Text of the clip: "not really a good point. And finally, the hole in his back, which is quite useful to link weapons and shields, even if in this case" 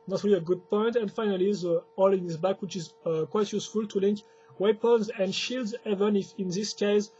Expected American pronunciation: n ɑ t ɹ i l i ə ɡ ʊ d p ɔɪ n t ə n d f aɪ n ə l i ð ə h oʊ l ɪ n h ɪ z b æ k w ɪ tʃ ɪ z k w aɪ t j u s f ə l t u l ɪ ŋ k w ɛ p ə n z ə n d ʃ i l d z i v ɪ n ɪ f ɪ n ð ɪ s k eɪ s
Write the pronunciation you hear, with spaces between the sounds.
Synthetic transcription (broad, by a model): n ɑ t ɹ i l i ə ɡ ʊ d p ɔɪ n t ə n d f aɪ n ə l i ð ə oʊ l ɪ n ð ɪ s b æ k w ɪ tʃ ɪ z k w aɪ t j u s f ə l t u l ɪ ŋ k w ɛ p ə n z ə n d ʃ i l d z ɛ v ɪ n ɪ f ɪ n ð ɪ s k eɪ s